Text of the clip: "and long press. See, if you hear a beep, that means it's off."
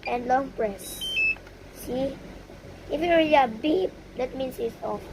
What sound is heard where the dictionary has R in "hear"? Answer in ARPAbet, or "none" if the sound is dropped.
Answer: L